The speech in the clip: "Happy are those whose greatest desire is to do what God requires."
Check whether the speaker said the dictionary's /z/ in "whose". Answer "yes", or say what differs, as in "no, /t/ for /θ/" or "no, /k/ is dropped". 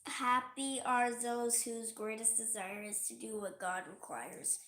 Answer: yes